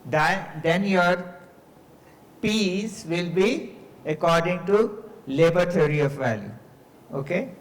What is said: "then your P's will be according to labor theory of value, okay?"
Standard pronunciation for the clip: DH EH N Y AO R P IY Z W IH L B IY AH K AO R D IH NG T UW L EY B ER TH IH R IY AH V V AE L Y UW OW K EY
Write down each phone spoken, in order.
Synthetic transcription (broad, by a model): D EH N Y AO R P IY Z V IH L B IY AH K AO R D IH NG T UW L EY B ER T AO R IY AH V V AE L Y UW OW K EY